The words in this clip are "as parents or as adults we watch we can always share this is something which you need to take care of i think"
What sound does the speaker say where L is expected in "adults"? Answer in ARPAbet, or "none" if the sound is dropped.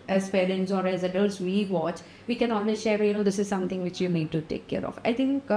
none